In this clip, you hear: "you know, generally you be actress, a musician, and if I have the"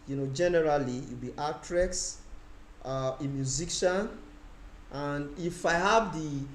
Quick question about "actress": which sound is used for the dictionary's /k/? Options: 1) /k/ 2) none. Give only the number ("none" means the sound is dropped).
2